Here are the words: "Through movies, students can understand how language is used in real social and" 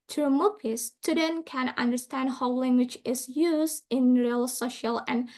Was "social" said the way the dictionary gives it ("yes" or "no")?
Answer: yes